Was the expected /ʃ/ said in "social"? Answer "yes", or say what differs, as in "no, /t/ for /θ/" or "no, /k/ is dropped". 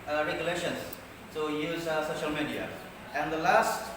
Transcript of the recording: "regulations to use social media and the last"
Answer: yes